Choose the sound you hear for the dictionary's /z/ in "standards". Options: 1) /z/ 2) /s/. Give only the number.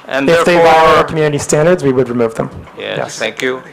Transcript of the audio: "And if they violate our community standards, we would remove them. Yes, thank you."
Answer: 1